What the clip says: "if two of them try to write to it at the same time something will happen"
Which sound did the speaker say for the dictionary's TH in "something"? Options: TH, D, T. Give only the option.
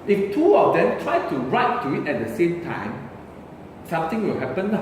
T